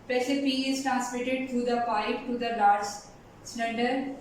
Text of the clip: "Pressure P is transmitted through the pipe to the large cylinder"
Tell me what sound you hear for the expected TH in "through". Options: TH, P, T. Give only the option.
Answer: T